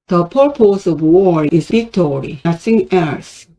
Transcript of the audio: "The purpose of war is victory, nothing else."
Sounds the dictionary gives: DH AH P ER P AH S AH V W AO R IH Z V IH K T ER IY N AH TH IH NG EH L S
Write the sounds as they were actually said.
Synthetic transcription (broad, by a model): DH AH P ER P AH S AH V W AO R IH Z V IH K T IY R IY S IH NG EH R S